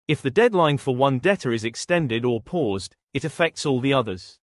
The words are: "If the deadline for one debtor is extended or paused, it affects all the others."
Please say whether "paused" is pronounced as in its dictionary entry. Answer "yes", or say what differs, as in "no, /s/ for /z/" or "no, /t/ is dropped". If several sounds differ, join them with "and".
yes